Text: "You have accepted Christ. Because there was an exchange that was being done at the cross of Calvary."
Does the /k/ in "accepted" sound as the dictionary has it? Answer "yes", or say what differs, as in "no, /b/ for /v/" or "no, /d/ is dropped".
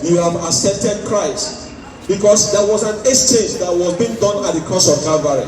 no, /k/ is dropped